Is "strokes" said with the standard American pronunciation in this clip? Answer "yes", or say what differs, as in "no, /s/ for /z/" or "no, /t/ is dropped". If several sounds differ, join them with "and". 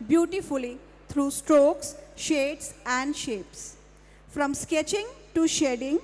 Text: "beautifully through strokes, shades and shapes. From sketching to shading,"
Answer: yes